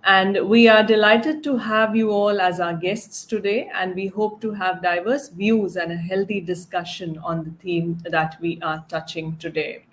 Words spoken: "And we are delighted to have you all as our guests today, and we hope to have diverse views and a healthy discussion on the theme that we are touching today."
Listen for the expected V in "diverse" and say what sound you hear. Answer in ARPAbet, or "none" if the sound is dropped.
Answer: V